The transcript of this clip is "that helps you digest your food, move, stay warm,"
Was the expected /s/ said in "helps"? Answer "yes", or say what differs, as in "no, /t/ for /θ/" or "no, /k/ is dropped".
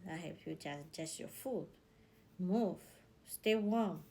no, /s/ is dropped